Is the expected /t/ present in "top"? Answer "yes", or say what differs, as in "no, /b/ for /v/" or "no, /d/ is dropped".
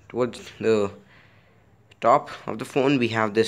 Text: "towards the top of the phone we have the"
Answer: yes